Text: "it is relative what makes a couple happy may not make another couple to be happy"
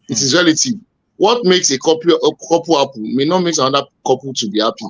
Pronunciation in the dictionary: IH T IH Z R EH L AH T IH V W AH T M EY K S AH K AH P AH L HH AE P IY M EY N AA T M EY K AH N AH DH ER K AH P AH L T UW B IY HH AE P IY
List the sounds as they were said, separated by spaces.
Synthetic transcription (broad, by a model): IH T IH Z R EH L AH T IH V W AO T M EY K S AH K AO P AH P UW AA P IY M EY N AA T M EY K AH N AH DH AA K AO P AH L T UW B IY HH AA P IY